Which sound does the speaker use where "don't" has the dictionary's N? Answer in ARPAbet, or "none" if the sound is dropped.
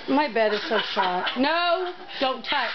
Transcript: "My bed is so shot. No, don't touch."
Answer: N